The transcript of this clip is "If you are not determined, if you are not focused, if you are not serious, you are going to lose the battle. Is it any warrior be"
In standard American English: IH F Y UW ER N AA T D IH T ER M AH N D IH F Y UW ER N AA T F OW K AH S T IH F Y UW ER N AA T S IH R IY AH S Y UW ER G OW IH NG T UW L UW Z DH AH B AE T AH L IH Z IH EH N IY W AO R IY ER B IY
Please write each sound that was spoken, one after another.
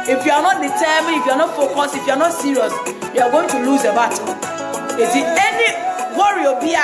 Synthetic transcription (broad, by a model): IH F Y UW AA N AA T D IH T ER M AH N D IH F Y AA N AA T F OW K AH S IH F Y UW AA N AA T S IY R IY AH S Y UW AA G OW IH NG T UW L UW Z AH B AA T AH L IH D IH EH N IY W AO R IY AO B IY